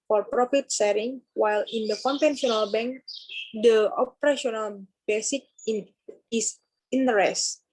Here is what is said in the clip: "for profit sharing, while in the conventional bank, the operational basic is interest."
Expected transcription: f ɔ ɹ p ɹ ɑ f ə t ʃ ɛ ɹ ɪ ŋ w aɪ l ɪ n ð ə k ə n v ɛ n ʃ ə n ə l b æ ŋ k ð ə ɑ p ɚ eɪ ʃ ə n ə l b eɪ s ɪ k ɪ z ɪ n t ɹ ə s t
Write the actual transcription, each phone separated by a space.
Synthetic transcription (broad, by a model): f ɔ ɹ p ɹ ɑ f ə t s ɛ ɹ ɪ ŋ w aɪ l ɪ n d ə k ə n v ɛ n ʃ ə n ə l b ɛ ŋ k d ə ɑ p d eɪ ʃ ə n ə l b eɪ s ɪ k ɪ s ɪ n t ɹ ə s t